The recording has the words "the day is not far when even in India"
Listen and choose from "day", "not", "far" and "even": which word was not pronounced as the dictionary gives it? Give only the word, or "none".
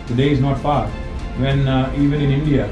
far